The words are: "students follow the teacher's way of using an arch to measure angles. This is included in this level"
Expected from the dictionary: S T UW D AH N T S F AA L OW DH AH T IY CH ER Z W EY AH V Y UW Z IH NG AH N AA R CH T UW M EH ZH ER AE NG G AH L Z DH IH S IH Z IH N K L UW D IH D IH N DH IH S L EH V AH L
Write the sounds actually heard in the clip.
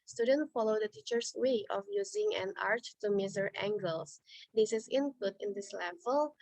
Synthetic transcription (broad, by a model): S T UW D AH N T F AA L OW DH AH T IY CH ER S W EY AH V Y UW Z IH NG AH N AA R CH T UW M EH Z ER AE NG G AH L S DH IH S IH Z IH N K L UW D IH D IH N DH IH S L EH V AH L